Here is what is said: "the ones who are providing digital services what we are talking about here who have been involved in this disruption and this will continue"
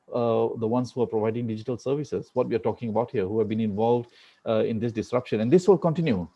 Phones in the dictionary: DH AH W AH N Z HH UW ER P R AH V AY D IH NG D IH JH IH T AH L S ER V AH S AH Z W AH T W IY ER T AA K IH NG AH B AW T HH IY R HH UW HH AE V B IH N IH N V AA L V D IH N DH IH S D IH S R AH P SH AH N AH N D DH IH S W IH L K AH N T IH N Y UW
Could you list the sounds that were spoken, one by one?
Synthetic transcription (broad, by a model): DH AH W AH N S HH UW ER P R AH V AY D IH NG D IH JH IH T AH L S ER V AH S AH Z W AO T W IY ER T AA K IH NG AH B AW T HH IY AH HH UW HH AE V B IH N IH N V AA L V D IH N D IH S D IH S R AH P SH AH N AH N D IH S W IH L K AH N T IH N Y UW